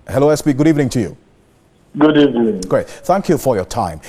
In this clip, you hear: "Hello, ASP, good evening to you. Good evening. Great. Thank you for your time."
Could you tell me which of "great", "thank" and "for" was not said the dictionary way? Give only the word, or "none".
none